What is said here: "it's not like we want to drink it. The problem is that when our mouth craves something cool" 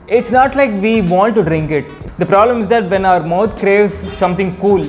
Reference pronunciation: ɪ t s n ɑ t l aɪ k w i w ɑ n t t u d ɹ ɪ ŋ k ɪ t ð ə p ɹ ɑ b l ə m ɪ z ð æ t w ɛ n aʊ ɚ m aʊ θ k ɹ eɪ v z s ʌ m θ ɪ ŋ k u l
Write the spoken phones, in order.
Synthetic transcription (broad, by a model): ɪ t s n ɑ t l aɪ k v i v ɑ n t t u d ɹ ɪ ŋ k ɪ t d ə p ɹ ɑ b l ə m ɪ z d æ t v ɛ n aʊ ɚ m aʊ t k ɹ eɪ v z s ʌ m t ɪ ŋ k u l